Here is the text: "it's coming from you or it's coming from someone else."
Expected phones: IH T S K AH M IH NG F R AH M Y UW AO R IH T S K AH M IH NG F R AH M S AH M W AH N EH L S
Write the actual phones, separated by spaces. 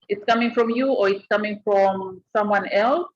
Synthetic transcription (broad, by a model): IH T S K AH M IH NG F R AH M Y UW AO R IH T S K AH M IH NG F R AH M S AH M W AH N EH L S